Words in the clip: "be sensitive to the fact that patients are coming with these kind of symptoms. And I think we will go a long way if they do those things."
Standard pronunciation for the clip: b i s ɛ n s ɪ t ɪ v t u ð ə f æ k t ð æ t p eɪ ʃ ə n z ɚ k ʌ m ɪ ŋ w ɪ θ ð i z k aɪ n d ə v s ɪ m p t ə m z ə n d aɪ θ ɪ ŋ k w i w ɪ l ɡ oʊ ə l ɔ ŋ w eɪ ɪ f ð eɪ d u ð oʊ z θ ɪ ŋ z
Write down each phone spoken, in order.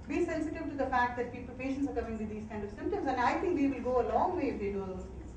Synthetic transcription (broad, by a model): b i s ɛ n s ɪ t ɪ v t u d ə f æ k t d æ t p eɪ ʃ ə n s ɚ k ʌ m ɪ ŋ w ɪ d i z k aɪ n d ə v s ɪ m p t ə m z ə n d aɪ t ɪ ŋ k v i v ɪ l ɡ oʊ ə l ɔ ŋ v eɪ ɪ f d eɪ d u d oʊ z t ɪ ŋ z